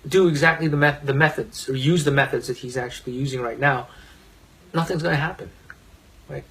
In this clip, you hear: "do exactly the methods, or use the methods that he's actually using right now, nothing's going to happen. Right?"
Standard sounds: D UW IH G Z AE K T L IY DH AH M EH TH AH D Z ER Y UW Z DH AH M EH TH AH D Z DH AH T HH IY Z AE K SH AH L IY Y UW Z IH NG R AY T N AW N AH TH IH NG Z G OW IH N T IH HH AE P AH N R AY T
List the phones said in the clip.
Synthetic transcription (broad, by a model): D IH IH G Z AE K T L IY DH AH M EH TH AH D Z ER Y UW Z DH AH M EH TH AH D Z DH AH T HH IY Z AE K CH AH L IY Y UW Z IH NG R AY T N AW N AH TH IH NG Z G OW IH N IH HH AE P AH N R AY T